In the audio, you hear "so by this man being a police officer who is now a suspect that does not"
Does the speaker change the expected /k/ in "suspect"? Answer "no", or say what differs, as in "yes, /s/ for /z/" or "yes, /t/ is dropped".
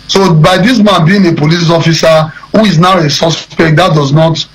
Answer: no